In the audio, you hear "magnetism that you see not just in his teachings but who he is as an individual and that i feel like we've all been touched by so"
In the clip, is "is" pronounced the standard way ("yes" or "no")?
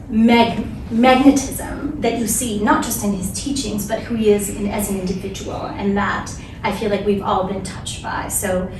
yes